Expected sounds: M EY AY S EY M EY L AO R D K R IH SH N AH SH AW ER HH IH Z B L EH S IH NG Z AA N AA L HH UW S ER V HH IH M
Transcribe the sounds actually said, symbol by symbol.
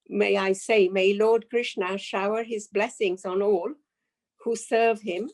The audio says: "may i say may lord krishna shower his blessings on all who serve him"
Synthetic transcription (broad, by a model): M EY AY S EY M EY L AO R D K R IH SH N AH SH AW ER HH IH Z B L EH S IH NG Z AA N AA L HH UW S ER V HH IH M